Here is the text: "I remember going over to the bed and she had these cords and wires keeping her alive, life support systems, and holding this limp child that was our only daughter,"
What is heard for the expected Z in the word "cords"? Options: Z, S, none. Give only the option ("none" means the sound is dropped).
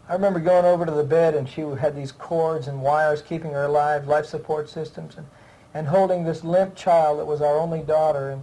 Z